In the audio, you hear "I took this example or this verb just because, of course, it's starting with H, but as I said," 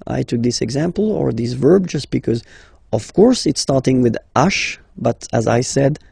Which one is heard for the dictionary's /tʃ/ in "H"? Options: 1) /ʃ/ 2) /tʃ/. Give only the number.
1